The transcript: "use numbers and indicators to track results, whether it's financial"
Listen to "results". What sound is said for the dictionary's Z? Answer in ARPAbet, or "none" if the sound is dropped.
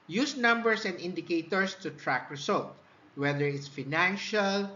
S